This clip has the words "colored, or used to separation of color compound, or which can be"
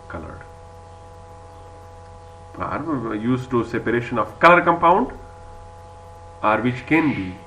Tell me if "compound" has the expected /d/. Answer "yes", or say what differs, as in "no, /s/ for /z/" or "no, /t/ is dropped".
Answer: yes